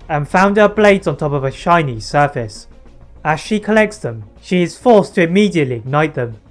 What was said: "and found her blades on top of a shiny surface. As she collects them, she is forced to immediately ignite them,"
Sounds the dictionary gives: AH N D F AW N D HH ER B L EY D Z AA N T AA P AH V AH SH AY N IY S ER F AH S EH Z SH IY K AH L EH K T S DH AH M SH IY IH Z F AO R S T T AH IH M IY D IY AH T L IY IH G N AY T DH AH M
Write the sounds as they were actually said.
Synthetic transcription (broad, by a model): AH N F AW N D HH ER B L EY D Z N T AA P AH V AH SH AY N IY S ER F AH S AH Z SH IY K AH L EH K T S DH AH M SH IY IH Z F AO R S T T AH IH M IY D IY AH T L IY IH G N AY T DH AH M